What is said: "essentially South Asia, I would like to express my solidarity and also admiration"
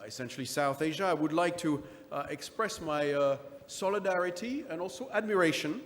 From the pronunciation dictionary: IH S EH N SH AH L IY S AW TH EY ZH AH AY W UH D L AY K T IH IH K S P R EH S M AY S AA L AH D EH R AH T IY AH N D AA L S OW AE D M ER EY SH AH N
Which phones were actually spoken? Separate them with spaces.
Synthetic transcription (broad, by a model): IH S EH N SH L IY S AW TH EY ZH AH AY W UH D L AY K T IH IH K S P R EH S M AY S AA L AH D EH R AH T IY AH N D AA L S OW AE D M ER EY SH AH N